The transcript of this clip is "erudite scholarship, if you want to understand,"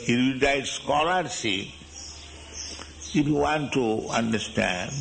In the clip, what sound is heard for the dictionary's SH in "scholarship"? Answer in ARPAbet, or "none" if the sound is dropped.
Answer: S